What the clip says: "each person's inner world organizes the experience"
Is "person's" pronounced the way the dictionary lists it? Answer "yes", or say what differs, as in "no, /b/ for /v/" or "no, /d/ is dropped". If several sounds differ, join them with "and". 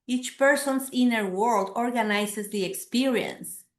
no, /s/ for /z/